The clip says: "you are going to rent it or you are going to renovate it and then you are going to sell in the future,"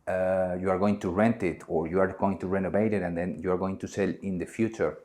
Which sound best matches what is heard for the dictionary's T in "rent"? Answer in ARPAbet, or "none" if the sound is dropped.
T